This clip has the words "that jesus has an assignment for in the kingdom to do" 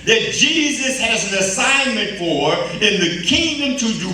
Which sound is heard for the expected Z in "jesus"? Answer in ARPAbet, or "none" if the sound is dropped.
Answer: Z